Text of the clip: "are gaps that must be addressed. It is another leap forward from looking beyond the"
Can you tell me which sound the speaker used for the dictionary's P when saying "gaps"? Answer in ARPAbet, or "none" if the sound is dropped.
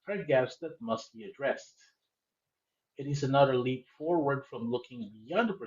none